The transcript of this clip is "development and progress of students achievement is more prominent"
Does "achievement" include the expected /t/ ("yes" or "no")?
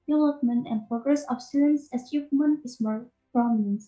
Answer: no